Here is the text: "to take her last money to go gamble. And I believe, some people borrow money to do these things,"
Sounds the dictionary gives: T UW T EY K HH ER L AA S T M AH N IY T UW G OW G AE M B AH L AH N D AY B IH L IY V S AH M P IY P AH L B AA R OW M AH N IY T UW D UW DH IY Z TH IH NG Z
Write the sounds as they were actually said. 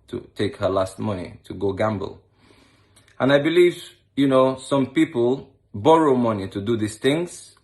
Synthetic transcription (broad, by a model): T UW T EY K HH ER L AA S T M AH N IY T UW G OW G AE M B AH L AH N AY B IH L IY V S AH M P IY P AH L B AA R OW M AH N IY T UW D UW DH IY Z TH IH NG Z